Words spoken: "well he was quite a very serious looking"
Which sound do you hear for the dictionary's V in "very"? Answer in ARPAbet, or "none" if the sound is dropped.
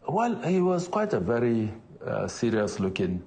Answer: V